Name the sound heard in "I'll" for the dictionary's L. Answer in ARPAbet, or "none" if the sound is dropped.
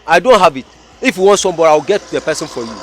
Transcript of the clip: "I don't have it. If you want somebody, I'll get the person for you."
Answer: W